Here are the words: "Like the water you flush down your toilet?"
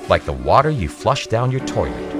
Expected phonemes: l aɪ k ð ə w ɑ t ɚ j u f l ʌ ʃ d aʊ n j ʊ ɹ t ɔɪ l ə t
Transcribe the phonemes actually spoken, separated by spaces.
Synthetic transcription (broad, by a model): l aɪ k ð ə w ɑ t ɚ j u f l ʌ ʃ d aʊ n j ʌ ɹ t ɔɪ l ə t